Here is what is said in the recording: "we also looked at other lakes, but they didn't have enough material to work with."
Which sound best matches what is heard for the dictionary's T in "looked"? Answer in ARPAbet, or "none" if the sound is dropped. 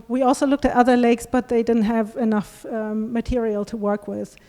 T